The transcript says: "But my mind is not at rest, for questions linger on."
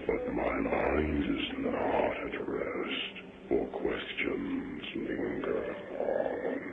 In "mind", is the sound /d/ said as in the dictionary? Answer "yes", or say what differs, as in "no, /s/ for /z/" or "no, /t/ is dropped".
yes